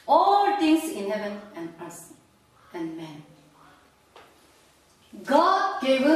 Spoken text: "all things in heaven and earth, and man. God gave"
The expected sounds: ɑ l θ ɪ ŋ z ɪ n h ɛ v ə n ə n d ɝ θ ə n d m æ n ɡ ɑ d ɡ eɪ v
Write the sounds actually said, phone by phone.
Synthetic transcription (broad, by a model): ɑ l t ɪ ŋ s ɪ n h ɛ v ə n ə n d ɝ s ə n d m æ n ɡ ɑ d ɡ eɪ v